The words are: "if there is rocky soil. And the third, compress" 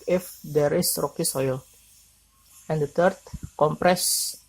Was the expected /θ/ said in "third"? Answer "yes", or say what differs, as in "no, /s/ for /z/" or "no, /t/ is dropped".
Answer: no, /t/ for /θ/